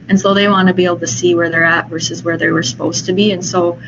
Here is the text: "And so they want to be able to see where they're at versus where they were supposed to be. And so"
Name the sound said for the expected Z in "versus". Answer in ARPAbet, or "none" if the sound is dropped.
Z